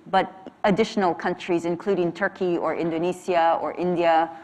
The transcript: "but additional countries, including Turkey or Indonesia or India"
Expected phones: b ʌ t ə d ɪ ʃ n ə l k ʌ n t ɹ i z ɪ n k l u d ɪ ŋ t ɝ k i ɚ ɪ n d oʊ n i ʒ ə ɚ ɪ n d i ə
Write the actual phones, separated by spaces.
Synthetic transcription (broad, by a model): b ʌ t ə d ɪ ʃ n ə l k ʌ n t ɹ i z ɪ n k l u d ɪ ŋ t ɝ k i ɚ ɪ n d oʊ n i s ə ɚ ɪ n d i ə